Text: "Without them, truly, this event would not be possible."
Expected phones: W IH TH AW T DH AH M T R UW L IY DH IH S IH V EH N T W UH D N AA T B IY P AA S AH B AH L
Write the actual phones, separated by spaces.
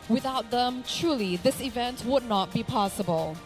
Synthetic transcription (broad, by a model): W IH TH AW T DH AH M T R UW L IY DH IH S IH V EH N T W UH D N AA T B IY P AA S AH B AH L